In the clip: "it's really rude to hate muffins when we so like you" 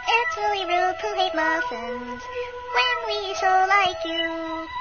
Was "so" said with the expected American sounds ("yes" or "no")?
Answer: no